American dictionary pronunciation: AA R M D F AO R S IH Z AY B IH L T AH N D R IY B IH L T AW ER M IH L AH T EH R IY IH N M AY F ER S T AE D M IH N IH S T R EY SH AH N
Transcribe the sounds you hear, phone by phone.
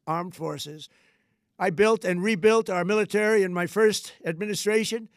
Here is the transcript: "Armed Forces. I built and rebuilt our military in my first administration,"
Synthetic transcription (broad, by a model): AA R M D F AO R S IH Z AY B IH L T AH N R IY B IH L T AW ER M IH L AH T EH R IY IH N M AY F ER S T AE D M IH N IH S T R EY SH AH N